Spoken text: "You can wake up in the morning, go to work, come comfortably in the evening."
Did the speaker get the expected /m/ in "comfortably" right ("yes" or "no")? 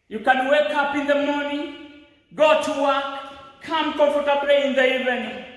no